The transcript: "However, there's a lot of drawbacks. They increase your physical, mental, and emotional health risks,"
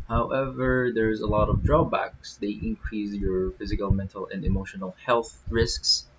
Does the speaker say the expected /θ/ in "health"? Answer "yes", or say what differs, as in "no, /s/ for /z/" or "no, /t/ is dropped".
yes